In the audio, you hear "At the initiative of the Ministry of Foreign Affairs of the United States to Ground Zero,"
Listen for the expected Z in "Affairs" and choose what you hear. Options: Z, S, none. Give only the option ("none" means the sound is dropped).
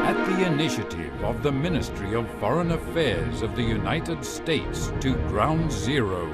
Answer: Z